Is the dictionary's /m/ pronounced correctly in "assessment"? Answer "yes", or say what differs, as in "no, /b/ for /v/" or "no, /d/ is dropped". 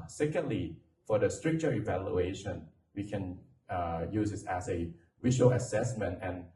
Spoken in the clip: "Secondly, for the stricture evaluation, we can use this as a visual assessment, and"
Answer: yes